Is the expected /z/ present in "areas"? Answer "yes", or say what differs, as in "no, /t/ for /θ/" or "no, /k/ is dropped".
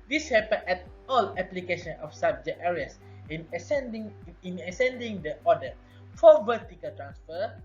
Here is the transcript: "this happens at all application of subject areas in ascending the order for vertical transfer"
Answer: no, /s/ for /z/